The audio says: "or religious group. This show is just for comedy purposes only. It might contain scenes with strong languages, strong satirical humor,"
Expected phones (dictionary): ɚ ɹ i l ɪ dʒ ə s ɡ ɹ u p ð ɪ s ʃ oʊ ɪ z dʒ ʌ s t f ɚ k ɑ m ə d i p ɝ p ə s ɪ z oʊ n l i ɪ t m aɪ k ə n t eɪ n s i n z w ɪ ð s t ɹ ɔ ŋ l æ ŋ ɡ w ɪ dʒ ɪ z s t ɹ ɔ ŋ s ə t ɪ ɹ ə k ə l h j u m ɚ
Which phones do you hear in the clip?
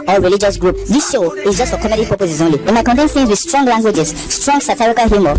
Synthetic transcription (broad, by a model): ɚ ɹ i l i dʒ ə s ɡ ɹ u p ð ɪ s ʃ oʊ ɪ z dʒ ʌ s t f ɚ k ɑ m ə d i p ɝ p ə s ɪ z oʊ n l i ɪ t m aɪ k ə n t eɪ n θ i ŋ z w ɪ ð s t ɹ ɔ ŋ l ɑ ŋ ɡ w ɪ dʒ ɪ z s t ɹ ɔ ŋ s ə t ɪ ɹ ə k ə l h j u m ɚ